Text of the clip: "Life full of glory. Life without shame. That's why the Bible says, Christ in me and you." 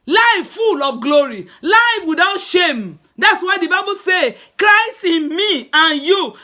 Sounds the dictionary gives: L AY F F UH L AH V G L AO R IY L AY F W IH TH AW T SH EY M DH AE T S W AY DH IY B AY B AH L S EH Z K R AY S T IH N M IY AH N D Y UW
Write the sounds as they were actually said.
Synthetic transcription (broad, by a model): L AY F F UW L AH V G L AO R IY L AY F W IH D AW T SH EY M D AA T S W AY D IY B AY B AH L S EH K R AY S T IH N M IY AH N Y UW